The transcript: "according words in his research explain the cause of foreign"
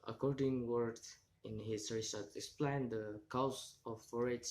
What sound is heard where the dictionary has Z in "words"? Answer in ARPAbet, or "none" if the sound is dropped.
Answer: none